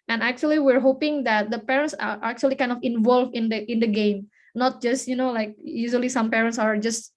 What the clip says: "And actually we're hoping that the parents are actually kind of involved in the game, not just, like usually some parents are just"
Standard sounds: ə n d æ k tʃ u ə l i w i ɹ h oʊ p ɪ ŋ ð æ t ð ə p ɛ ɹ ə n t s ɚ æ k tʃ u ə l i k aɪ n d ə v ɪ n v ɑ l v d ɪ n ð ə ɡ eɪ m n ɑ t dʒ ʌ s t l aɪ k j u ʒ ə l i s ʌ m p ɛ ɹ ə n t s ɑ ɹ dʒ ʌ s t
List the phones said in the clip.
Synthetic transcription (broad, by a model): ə n æ k tʃ u ə l i w i ɹ h oʊ p ɪ ŋ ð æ t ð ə p ɛ ɹ ə n t s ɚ æ k tʃ u ə l i k aɪ n d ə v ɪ n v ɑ l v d ɪ n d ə ɡ eɪ m n ɑ t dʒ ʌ s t l aɪ k j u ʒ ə l i s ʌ m p ɛ ɹ ə n t s ɑ ɹ dʒ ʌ s t